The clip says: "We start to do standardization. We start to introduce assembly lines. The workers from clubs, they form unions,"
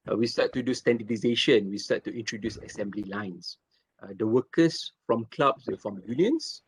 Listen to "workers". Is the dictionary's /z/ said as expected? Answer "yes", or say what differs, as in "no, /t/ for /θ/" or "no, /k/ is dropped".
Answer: no, /s/ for /z/